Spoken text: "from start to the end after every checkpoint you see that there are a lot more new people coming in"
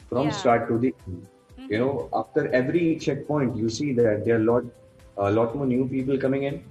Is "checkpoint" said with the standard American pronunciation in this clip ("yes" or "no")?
yes